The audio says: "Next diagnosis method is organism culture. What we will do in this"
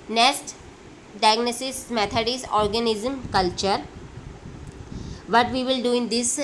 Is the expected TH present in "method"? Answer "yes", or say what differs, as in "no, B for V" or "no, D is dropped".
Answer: no, T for TH